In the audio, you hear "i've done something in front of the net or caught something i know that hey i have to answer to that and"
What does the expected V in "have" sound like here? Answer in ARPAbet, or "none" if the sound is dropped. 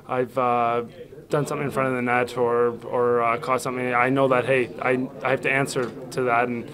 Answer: F